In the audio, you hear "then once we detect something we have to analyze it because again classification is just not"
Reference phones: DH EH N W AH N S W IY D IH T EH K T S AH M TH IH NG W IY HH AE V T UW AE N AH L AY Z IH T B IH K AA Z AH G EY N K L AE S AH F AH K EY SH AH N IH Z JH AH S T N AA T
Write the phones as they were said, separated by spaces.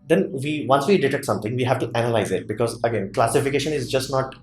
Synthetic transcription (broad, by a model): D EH N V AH N S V IY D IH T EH T S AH M T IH NG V IY HH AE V T UW AE N AH L AY Z IH T B IH K AA Z AH G EY N K L AE S AH F AH K EY SH AH N IH Z JH AH S T N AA T